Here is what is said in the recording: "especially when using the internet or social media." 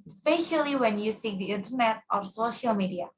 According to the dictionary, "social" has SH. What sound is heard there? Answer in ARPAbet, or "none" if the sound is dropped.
SH